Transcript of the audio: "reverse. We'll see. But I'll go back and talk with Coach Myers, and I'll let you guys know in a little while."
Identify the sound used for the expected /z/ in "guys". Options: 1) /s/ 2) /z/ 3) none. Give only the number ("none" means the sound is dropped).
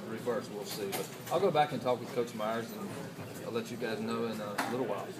2